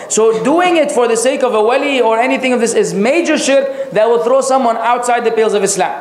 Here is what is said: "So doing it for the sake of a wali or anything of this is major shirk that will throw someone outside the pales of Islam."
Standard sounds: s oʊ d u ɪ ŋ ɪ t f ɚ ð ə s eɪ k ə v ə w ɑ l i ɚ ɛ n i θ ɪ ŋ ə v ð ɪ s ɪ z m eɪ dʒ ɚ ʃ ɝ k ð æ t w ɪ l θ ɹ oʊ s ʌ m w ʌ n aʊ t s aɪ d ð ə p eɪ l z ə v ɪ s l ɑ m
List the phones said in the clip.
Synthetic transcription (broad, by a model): s oʊ d u ɪ ŋ ɪ t f ɚ ð ə s eɪ k ə v ə w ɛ l i ɚ ɛ n i θ ɪ ŋ ə v ð ɪ s ɪ z m eɪ dʒ ɚ ʃ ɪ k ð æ t w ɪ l θ ɹ oʊ s ʌ m w ʌ n aʊ t s aɪ d ð ə p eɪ l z ə v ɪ s l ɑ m